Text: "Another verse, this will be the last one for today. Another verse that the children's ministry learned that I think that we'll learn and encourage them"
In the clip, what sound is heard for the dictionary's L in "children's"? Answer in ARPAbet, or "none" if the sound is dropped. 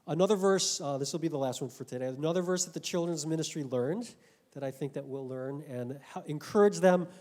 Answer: L